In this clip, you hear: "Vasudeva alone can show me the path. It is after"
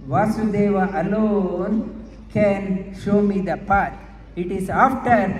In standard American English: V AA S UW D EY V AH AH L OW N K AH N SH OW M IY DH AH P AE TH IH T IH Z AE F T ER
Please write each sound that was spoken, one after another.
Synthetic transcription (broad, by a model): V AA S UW D EY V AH AH L OW N K AH N SH OW M IY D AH P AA T IH T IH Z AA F T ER